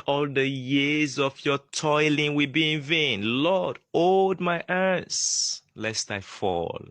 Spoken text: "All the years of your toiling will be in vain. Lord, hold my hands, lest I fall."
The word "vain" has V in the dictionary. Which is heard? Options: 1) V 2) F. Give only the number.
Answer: 1